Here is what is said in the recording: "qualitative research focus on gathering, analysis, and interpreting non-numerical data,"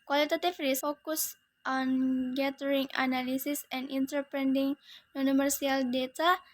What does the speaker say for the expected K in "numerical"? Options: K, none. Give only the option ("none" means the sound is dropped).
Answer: none